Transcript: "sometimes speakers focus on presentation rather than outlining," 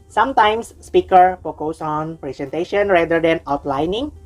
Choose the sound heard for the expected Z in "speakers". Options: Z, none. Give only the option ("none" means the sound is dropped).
none